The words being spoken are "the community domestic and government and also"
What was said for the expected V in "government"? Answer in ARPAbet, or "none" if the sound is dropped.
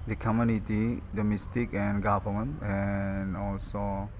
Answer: P